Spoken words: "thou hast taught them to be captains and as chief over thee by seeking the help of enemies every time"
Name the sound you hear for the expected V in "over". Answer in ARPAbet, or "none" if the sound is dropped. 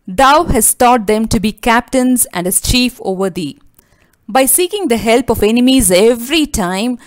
V